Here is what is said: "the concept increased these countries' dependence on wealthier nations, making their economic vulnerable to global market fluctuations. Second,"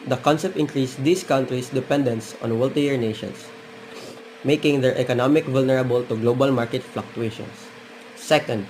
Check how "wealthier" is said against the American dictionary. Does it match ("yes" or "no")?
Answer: no